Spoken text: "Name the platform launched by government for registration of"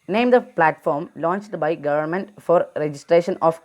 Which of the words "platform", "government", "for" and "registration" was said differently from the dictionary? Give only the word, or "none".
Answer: none